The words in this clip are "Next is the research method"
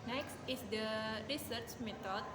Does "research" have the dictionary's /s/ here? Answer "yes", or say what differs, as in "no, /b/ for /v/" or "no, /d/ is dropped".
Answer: yes